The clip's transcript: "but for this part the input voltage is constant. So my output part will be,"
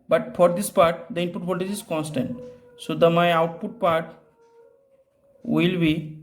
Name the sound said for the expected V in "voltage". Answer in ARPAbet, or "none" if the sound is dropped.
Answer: P